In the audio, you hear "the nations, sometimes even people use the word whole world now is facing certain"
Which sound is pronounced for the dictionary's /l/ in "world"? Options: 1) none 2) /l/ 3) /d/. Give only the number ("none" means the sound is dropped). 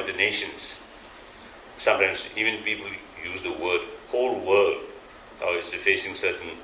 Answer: 1